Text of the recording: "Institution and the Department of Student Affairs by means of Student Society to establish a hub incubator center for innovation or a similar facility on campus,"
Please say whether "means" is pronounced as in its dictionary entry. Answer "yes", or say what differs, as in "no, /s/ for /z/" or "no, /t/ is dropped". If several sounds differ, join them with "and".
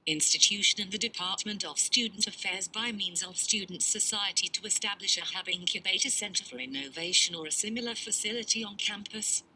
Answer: yes